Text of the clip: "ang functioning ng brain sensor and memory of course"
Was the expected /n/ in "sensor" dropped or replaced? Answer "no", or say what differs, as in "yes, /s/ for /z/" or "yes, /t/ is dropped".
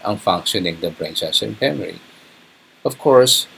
yes, /n/ is dropped